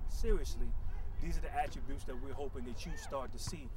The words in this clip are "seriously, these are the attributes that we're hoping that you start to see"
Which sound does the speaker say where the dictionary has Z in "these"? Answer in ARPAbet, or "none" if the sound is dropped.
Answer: Z